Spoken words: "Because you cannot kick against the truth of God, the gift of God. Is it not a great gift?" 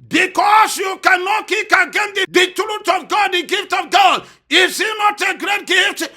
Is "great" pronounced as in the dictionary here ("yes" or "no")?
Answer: yes